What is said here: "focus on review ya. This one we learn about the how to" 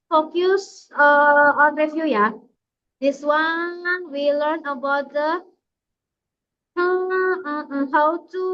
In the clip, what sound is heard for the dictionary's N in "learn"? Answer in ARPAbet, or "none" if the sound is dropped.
N